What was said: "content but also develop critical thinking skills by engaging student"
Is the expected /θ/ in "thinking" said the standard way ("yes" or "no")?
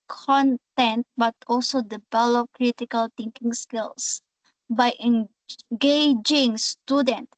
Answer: no